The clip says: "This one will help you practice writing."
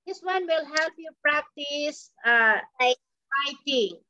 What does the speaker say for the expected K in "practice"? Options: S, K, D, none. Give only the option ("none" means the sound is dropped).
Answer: K